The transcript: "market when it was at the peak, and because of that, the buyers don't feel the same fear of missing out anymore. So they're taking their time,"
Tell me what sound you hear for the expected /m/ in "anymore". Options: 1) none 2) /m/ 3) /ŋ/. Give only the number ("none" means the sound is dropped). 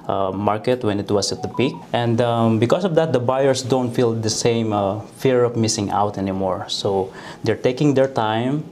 2